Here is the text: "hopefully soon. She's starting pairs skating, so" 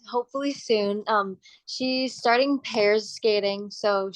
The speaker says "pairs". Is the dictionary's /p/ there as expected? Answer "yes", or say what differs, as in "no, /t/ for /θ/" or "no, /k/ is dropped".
yes